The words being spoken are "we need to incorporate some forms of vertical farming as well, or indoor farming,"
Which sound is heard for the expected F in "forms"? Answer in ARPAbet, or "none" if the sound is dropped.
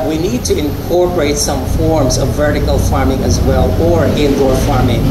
F